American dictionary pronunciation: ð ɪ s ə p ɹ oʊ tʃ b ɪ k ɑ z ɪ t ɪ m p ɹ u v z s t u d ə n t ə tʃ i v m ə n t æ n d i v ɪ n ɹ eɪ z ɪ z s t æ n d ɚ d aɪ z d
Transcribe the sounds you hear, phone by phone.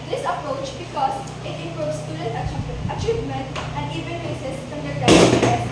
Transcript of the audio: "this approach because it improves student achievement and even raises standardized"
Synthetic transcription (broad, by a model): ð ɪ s ə p ɹ oʊ tʃ b ɪ k ɑ z ɪ t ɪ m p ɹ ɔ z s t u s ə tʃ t ə tʃ i v m ə n t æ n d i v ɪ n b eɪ s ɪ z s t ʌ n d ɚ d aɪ